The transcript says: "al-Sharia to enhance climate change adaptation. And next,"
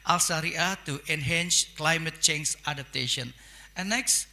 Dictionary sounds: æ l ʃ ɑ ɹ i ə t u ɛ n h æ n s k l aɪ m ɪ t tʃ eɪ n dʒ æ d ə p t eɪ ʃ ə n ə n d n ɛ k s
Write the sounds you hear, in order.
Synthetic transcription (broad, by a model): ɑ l s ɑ ɹ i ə t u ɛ n h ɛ n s k l aɪ m ɪ t tʃ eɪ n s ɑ d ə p t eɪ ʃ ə n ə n n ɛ k s